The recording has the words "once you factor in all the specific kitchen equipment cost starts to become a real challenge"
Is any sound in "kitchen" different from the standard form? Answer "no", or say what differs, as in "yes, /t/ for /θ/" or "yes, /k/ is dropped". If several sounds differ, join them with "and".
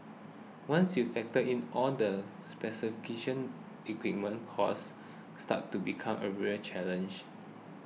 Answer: yes, /ʃ/ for /tʃ/